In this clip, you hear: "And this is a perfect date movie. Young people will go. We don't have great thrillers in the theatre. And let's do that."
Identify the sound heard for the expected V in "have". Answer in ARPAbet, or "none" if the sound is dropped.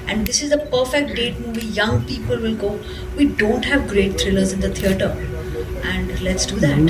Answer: V